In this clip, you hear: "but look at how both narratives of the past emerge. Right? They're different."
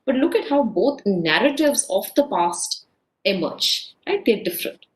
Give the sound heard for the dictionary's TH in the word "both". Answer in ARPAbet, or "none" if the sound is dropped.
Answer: T